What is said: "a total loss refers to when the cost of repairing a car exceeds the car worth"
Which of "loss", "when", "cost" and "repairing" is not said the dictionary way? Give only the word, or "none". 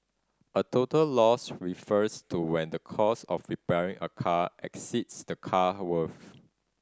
cost